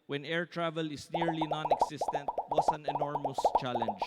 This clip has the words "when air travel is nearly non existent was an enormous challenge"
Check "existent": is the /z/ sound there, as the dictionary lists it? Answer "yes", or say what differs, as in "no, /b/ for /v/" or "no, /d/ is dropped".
no, /s/ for /z/